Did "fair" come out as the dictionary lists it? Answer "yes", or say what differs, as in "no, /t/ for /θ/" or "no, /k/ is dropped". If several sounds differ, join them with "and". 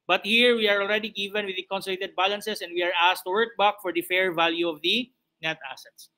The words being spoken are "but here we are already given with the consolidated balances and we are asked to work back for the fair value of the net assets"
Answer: yes